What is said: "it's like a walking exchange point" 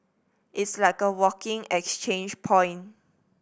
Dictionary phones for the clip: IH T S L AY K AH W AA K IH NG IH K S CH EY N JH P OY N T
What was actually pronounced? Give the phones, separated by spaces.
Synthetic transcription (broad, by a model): IH T S L AY K AH W AA K IH NG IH K S CH EY N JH P OY N